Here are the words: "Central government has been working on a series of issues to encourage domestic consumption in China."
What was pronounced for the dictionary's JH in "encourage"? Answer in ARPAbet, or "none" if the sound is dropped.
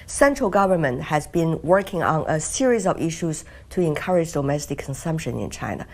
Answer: JH